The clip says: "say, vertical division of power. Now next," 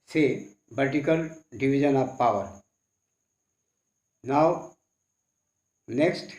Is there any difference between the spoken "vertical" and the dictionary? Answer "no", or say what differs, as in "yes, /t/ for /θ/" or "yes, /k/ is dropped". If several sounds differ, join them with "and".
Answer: yes, /b/ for /v/